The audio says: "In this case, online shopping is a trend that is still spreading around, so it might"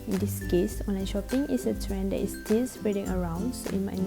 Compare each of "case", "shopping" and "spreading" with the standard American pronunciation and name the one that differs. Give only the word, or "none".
none